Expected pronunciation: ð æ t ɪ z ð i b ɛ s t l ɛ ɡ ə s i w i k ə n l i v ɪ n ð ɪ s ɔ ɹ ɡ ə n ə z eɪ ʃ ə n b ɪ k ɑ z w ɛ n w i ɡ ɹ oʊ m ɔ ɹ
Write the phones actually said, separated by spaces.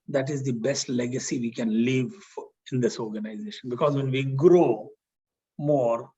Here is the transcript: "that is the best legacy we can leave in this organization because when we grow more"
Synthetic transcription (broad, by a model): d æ t ɪ z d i b ɛ s t l ɛ ɡ ə s i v i k ə n l i v ɪ n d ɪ s ɔ ɹ ɡ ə n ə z eɪ ʃ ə n b ɪ k ɑ z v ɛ n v i ɡ ɹ oʊ m ɔ ɹ